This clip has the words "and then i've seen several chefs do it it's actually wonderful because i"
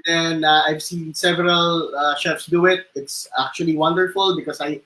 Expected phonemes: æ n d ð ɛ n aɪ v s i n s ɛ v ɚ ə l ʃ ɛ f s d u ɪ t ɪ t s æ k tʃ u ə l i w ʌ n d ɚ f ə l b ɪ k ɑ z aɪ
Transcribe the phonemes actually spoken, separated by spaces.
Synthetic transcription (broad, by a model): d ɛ n aɪ v s i n s ɛ v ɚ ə l ʃ ɛ f s d u ɪ t ɪ t s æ k tʃ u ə l i w ʌ n d ɚ f ə l b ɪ k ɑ s aɪ